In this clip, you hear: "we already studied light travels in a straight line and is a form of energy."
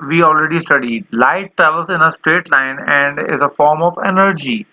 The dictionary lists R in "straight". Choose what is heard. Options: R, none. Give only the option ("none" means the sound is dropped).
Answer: R